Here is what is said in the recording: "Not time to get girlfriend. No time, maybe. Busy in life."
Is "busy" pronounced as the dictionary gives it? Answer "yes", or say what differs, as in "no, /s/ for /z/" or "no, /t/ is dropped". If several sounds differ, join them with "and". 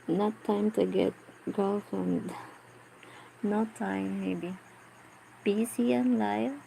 no, /s/ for /z/